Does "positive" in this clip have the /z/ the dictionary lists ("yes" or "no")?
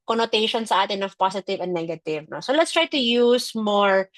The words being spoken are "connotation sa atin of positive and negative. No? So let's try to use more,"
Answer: no